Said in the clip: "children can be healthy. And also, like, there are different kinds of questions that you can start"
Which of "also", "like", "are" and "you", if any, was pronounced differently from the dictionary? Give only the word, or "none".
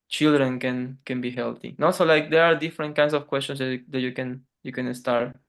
also